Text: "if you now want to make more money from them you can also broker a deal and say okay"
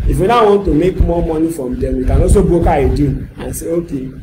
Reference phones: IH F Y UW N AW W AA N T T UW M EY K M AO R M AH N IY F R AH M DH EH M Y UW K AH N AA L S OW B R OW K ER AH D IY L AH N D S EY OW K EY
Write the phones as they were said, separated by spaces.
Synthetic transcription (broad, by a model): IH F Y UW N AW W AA N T T UW M EY K M AO M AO N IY F R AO M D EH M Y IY K AH N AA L S OW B OW K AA AH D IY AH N S EY OW K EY